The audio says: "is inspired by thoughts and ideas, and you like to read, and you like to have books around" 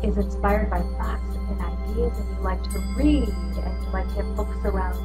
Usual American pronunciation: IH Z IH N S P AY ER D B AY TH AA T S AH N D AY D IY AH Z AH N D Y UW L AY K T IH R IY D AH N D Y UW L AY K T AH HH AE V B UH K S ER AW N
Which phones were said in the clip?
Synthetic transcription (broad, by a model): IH Z IH N S P AY ER D B AY F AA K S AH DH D AY D IY AH Z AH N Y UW L AY K T IH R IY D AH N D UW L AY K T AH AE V B UH K S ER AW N